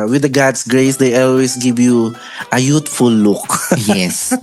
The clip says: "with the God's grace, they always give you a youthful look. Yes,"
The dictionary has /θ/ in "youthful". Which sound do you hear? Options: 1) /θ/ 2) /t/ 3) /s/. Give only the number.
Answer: 2